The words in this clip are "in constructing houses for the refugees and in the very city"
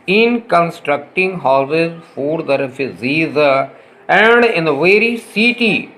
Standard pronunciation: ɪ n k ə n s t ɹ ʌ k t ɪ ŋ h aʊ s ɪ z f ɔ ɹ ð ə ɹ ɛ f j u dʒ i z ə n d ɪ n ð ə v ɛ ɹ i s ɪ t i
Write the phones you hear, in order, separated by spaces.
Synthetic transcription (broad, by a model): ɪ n k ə n s t ɹ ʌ k t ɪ ŋ h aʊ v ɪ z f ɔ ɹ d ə ɹ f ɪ z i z ə n d ɪ n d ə v ɛ ɹ i s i t i